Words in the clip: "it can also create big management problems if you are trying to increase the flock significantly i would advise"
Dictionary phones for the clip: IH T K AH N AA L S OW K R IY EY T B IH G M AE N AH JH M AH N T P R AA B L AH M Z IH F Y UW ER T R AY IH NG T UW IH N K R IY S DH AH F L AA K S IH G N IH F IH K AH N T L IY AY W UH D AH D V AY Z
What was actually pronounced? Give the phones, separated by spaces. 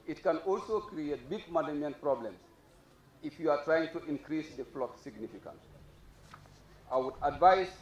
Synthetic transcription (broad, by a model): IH T K AH N AA L S OW K R IY EY T B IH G M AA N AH M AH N P R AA B L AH M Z IH F Y UW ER T R AY IH NG T UW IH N K R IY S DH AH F L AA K S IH G N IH F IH K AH N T IY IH W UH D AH D V AY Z